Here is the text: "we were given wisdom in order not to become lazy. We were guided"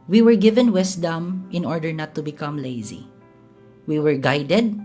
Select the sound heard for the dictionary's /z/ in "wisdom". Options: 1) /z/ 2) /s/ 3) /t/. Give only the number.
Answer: 2